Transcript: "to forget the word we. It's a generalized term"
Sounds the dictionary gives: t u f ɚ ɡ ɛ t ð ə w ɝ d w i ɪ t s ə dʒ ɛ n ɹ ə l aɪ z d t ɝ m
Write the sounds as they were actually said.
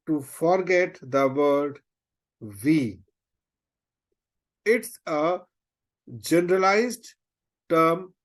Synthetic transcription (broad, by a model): t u f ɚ ɡ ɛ t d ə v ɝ d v i ɪ t s ə dʒ ɛ n ɹ ə l aɪ z d t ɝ m